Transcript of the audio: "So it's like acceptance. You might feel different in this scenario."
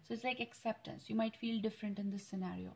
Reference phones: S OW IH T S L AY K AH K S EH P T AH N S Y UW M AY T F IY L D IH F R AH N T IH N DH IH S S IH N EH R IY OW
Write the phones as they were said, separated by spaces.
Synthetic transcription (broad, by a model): S OW IH T S L AY K AH K S EH P T AH N S Y UW M AY T F IY L D IH F R AH N T IH N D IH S S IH N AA R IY OW